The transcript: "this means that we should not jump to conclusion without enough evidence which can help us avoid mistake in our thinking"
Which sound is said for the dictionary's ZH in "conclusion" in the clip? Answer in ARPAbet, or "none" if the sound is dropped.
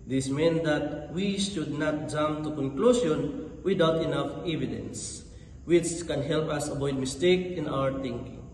S